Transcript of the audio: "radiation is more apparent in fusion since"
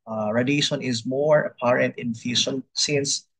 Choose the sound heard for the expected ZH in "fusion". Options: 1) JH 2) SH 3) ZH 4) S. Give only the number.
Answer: 2